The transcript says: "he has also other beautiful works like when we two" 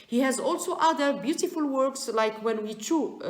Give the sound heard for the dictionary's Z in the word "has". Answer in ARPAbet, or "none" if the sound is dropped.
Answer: Z